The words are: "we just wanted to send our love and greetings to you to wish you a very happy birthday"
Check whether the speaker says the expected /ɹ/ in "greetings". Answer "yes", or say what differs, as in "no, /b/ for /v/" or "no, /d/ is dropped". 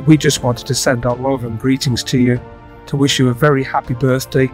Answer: yes